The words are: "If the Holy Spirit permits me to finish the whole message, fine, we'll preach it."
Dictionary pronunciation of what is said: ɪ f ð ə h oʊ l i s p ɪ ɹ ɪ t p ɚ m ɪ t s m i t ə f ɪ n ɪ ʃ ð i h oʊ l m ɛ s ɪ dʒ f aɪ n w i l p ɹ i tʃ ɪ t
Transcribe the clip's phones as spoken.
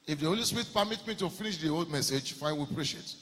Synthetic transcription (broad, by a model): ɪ f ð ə h oʊ l i s p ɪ ɹ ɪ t p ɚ m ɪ t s m i t ə f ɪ n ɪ ʃ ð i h oʊ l m ɛ s ɪ dʒ f aɪ n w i p ɹ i ʃ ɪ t